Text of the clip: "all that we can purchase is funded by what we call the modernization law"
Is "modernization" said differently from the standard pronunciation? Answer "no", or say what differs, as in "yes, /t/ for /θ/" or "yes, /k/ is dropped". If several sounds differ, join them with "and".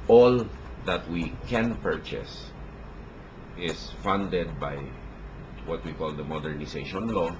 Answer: yes, /s/ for /z/